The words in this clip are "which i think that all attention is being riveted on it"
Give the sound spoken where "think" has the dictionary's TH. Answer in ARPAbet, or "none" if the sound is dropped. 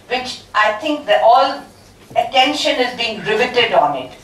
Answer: T